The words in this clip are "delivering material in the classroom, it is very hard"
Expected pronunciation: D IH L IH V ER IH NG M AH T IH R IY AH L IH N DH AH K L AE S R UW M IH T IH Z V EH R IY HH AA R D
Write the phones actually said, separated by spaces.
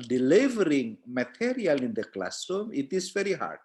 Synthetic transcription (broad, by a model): D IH L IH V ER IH NG M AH T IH R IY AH L IH N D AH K L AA S UW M IH T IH S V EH R IY HH AA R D